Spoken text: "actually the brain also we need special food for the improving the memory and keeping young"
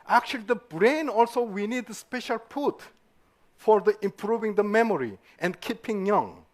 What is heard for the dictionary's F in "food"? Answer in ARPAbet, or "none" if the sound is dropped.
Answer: P